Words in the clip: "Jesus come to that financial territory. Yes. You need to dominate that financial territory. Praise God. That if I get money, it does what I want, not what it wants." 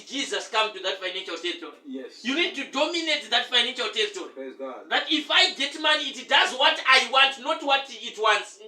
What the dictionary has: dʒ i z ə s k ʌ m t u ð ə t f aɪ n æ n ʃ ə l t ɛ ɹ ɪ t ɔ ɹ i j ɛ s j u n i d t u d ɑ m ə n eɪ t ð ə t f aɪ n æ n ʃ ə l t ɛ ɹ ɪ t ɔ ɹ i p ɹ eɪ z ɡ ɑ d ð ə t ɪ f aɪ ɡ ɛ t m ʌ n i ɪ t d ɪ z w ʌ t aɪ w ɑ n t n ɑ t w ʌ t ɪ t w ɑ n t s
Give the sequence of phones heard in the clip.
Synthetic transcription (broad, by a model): dʒ i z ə s k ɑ m t u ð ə t f aɪ n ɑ n ʃ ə l t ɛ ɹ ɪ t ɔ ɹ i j j u n i d t u d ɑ m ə n eɪ t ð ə t f aɪ n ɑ n ʃ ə l t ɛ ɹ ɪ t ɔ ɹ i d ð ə t ɪ f aɪ ɡ ɛ t m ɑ n i t d ɪ z w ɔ t aɪ w ɑ n t n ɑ t w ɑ t ɪ t w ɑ n t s